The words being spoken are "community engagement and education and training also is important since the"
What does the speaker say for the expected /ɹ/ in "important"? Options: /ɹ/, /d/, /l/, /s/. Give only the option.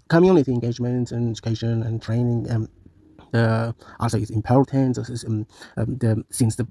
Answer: /l/